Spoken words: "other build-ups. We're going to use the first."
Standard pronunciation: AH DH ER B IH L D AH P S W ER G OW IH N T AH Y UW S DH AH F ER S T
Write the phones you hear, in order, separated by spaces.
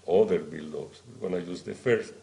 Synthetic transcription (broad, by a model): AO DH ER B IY L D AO S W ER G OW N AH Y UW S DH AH F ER S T